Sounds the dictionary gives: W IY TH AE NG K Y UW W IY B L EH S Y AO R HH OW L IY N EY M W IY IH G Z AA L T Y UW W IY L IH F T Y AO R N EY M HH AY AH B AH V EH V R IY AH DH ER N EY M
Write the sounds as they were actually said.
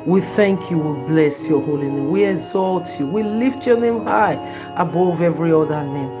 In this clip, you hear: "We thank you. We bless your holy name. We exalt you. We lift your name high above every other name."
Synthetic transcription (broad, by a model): W IY TH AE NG K Y UW W IY B L EH S Y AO HH OW L IY N EY M W IY IH G Z AA L T Y UW W IY L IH F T Y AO N EY M HH AY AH B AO V EH V R IY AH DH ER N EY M